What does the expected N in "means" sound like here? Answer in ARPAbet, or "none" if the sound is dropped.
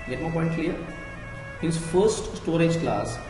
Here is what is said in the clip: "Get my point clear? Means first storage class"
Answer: none